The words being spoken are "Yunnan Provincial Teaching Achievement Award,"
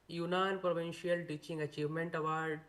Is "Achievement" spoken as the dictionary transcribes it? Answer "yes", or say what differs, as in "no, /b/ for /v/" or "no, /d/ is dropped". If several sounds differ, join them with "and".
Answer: yes